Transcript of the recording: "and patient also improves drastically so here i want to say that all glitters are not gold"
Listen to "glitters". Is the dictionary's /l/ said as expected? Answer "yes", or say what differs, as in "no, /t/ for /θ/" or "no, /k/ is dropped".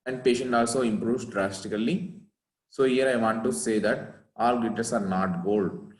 no, /l/ is dropped